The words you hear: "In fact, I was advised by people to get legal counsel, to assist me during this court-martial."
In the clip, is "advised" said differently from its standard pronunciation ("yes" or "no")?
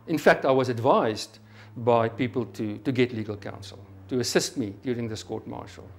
no